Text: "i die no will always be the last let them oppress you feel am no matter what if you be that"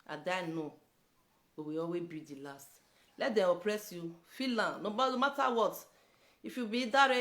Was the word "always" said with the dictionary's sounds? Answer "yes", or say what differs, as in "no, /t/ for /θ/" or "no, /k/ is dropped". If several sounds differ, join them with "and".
no, /l/ is dropped and /z/ is dropped